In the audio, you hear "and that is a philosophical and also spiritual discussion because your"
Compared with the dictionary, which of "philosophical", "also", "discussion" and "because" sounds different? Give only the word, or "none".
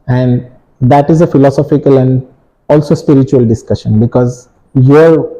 none